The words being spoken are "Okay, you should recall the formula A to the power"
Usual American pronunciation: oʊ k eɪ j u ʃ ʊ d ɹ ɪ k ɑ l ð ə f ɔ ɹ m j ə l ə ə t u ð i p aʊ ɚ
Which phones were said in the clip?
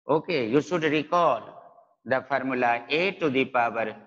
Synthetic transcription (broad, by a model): oʊ k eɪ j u s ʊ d ɹ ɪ k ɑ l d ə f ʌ ɹ m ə l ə ə t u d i p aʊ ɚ